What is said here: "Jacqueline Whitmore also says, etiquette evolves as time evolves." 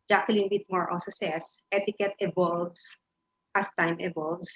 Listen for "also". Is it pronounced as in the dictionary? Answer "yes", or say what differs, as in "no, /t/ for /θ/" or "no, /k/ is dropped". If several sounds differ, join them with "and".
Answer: no, /l/ is dropped